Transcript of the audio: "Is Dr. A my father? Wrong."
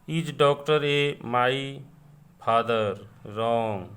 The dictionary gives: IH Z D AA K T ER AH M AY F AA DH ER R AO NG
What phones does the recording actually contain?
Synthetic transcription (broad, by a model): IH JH D AA K T ER AH M AY P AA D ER R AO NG